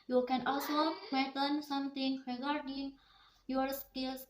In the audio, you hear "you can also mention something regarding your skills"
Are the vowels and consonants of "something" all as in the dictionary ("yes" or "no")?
no